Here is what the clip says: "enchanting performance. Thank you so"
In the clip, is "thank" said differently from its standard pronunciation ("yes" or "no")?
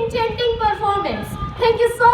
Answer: yes